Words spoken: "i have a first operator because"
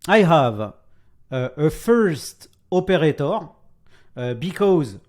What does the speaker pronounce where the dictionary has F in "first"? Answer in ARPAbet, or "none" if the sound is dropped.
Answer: F